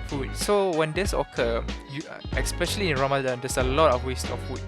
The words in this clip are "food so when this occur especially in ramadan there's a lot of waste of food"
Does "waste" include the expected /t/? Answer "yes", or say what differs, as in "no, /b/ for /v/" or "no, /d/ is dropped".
yes